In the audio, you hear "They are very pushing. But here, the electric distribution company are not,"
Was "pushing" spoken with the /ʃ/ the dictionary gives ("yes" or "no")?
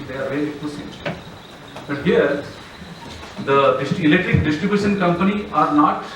no